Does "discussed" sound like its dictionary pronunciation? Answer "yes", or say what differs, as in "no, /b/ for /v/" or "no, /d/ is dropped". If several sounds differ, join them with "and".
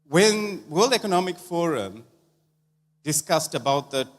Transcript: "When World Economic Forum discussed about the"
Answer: yes